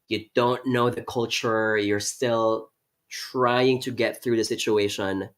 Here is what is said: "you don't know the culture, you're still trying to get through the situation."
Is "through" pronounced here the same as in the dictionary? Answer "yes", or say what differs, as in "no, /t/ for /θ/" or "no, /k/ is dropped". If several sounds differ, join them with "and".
yes